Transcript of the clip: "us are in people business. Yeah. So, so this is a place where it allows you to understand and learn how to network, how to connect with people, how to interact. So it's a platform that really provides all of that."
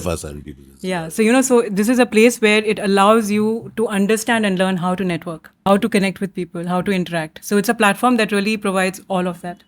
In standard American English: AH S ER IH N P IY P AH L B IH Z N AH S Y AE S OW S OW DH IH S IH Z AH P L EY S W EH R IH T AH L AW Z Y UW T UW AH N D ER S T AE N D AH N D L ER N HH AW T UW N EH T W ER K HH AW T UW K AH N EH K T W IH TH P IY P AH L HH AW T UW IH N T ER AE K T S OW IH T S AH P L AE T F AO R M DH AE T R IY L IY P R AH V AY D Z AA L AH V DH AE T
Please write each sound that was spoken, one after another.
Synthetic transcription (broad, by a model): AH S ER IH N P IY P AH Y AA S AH Y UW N OW S OW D IH S IH Z AH P L EY S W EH R IH T AH L AW Z Y UW T UW AH N D ER S T AE N D AH N D L ER N HH AW T UW N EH T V ER K HH AW T UW K AH N EH K T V IH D P IY P AH L HH AW T UW IH N T ER AE K T S OW IH T S AH P L AE T F AO R M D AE T R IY L IY P R AH V AY D Z AA L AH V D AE T